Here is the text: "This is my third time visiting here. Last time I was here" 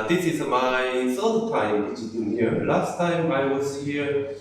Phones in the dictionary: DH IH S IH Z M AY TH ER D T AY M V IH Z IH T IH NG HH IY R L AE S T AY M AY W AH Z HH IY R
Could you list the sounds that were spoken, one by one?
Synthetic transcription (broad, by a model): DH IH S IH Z M AY S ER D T AY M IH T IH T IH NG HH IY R L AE S T AY M AY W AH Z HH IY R